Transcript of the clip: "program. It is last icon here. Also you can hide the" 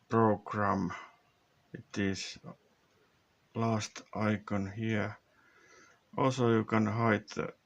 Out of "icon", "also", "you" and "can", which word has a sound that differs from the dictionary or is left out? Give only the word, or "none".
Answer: also